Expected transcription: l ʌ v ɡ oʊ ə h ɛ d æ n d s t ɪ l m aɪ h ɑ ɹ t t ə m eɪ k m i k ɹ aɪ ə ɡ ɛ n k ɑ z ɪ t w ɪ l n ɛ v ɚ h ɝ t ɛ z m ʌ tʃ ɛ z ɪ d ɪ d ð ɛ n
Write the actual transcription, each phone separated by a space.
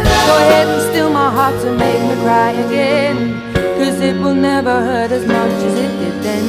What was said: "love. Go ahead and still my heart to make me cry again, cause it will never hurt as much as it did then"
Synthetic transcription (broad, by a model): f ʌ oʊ ə h ɛ d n s t ɪ l m aɪ h ɑ ɹ t s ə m eɪ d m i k ɹ aɪ ə ɡ ɛ n k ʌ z ɪ t w ɪ l n ɛ v ɚ h ɝ t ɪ z m ʌ tʃ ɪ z ɪ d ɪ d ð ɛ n